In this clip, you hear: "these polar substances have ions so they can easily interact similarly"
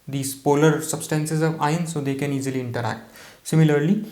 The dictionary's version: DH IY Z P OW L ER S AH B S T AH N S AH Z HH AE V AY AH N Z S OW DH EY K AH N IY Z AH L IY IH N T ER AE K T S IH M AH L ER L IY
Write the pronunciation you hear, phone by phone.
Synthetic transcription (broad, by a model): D IY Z P OW L ER S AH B S T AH N S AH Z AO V AY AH N S OW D EY K AH N IY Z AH L IY IH N T ER AE K T S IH M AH L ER L IY